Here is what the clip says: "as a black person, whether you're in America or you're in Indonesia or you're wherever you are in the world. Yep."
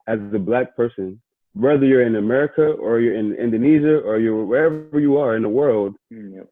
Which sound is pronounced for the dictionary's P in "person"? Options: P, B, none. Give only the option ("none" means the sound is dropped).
P